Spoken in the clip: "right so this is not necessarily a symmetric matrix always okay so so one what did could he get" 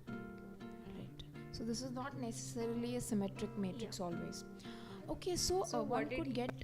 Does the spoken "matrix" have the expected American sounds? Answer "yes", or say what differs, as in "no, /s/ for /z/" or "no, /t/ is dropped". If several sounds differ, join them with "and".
yes